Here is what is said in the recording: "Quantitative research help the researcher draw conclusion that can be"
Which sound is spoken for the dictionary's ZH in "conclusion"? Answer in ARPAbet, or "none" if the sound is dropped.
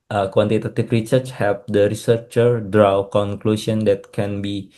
S